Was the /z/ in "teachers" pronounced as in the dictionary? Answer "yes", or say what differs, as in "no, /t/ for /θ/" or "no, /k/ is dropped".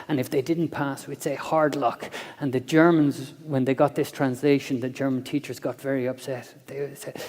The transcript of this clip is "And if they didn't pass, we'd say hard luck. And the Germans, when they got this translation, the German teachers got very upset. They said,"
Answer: yes